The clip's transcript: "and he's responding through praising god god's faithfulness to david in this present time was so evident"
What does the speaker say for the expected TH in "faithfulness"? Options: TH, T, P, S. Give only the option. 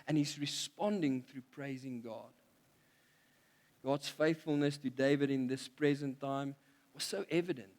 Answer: TH